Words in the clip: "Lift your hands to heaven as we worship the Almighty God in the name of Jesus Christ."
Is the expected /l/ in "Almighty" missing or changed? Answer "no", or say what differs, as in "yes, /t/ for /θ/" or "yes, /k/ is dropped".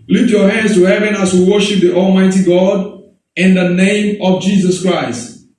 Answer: no